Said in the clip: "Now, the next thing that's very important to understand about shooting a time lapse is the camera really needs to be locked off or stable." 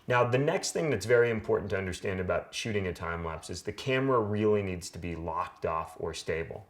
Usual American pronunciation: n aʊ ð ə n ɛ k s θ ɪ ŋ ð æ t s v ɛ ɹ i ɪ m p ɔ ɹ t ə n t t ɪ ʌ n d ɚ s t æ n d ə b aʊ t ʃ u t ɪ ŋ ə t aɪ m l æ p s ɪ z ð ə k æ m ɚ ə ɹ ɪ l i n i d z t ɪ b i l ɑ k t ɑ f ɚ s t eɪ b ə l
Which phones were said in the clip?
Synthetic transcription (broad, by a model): n aʊ ð ə n ɛ k s θ ɪ ŋ ð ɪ t s v ɛ ɹ i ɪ m p ɔ ɹ t n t t ɪ ʌ n d ɚ s t æ n d ə b aʊ t ʃ u t ɪ ŋ ə t aɪ m l æ p s ɪ z ð ə k æ m ɚ ə ɹ ɪ l i n i d z t ɪ b i l ɑ k t ɑ f ɚ s t eɪ b l